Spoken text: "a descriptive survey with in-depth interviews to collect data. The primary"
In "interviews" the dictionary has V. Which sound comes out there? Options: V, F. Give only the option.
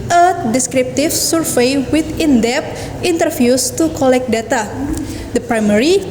F